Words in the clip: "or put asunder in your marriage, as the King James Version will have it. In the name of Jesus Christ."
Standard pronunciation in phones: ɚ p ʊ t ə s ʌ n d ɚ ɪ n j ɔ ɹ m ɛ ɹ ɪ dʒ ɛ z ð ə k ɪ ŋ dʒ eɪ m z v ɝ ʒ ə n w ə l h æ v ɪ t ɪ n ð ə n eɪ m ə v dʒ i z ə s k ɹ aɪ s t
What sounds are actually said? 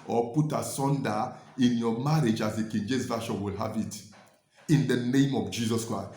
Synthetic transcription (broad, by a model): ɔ p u t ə s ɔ n d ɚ ɪ n j ɔ m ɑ ɹ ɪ dʒ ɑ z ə k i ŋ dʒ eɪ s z v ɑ ʃ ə n w ə l h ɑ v ɪ t ɪ n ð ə n eɪ m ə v dʒ i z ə s k ɹ aɪ s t